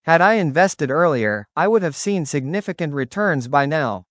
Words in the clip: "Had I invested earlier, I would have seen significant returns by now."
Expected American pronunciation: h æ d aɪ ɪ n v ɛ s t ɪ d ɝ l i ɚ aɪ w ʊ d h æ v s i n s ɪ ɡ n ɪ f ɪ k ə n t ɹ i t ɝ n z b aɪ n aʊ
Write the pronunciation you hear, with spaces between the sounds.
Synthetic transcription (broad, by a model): h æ d aɪ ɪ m v ɛ s t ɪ d ɝ l i ɚ aɪ w ʊ d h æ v s i n s ɪ ɡ n ɪ f ɪ k ə n t ɹ i t ɝ n z b aɪ n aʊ